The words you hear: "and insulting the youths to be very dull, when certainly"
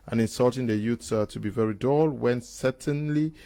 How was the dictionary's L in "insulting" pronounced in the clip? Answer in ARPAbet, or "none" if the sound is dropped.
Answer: L